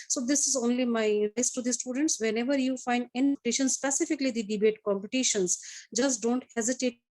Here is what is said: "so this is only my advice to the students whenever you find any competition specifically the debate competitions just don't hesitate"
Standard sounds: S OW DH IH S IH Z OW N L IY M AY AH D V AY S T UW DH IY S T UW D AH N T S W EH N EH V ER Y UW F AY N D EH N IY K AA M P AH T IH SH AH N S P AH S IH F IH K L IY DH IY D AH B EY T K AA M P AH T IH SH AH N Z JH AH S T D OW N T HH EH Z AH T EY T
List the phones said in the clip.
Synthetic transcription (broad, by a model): S OW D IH S IH Z OW N L IY M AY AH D AY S T UW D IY S T UW D AH N T S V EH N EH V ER Y UW F AY N D EH N IY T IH SH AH N S P AH S IH F IH K L IY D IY D AH B EY T K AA M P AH T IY SH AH N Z JH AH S D OW N T HH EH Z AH T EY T